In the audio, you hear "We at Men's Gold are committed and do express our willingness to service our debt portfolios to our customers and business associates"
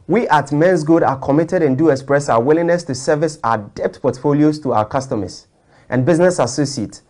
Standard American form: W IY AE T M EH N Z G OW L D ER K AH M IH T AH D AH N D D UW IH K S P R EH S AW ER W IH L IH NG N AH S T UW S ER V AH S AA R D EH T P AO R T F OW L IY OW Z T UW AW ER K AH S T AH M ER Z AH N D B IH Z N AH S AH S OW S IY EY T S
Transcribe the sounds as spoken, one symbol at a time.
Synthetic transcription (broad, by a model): W IY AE T M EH N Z G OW D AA K AH M IH T AH D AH N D D UW IH K S P R EH S AW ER W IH L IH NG N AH S T UW S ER V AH S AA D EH T P AO T F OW L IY OW S T UW AW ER K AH S T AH M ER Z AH N B IH Z N AH S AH S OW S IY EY T